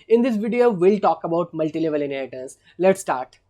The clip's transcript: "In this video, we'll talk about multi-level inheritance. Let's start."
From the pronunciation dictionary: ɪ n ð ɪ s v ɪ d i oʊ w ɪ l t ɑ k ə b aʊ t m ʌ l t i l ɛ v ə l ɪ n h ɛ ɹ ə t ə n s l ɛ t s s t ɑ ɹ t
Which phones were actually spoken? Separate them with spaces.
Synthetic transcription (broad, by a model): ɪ n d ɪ s v ɪ d i oʊ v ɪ l t ɑ k ə b aʊ t m ʌ l t i l ɛ v ə l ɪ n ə t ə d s l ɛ t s s t ɑ ɹ t